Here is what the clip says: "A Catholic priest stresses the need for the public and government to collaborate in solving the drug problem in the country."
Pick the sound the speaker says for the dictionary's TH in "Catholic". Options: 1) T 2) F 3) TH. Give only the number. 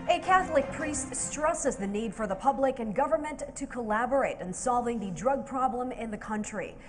3